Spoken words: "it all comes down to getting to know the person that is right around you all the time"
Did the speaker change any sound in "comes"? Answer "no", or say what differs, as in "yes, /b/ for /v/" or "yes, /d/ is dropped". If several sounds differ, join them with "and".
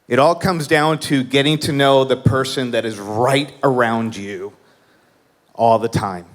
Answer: no